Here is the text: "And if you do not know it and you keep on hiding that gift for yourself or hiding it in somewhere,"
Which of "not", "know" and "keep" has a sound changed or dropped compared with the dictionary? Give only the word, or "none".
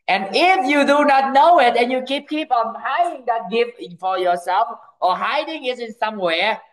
none